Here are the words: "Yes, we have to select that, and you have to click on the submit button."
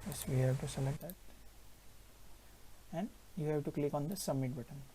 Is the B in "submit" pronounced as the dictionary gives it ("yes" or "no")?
no